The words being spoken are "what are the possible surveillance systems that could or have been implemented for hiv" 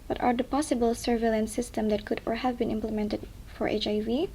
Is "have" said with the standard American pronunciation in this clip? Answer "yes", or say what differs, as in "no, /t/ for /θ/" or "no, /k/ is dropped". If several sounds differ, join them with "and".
yes